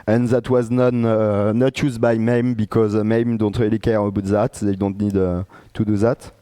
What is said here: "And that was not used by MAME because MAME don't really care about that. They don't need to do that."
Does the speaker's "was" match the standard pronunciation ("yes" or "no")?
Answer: yes